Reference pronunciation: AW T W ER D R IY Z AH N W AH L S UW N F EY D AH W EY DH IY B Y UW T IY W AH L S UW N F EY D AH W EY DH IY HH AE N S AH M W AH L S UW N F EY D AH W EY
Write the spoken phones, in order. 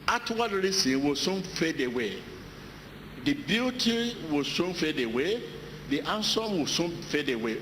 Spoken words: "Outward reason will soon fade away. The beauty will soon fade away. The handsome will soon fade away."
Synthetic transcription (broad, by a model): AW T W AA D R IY S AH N W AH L S UW N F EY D AH W EY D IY B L T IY W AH S UW N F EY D AH W EY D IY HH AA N S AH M W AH S UW N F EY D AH W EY